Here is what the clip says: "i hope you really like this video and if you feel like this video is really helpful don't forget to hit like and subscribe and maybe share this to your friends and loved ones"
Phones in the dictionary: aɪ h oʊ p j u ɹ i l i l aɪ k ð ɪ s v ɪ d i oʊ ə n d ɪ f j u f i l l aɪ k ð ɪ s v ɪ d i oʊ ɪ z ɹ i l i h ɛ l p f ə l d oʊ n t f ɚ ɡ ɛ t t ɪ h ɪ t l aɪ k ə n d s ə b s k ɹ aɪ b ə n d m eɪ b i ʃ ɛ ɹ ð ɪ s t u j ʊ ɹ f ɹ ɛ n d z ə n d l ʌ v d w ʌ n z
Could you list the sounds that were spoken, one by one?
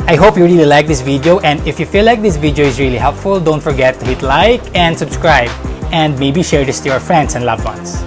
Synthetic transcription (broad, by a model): aɪ h oʊ p j u ɹ i l i l aɪ k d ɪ s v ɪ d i oʊ ə n d ɪ f j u f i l l aɪ k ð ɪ s v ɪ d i oʊ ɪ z ɹ i l i h ɛ l p f ə l d oʊ n t f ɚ ɡ ɛ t t ɪ h ɪ t l aɪ k ə n d s ə b s k ɹ aɪ b ə n d m eɪ b i ʃ ɛ ɹ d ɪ s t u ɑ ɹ f ɹ ɛ n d s ə n d l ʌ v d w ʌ n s